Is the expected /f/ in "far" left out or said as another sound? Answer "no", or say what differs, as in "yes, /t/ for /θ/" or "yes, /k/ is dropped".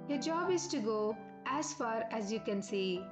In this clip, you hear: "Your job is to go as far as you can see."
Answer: no